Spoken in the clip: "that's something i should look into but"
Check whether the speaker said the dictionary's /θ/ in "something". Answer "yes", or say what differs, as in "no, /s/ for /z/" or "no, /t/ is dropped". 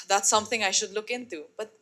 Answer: no, /t/ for /θ/